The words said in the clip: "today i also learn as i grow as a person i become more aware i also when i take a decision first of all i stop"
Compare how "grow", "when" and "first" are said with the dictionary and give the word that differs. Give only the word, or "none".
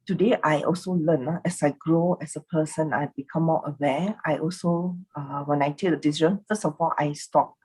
first